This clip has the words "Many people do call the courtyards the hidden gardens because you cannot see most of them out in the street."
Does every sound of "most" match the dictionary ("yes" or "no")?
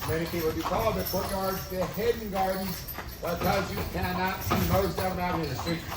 no